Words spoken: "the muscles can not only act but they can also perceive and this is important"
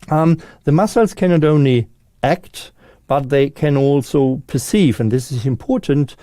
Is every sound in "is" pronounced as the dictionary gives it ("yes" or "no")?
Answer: yes